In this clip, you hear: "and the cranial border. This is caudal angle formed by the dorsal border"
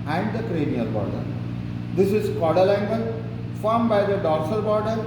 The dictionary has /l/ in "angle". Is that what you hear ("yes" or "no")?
no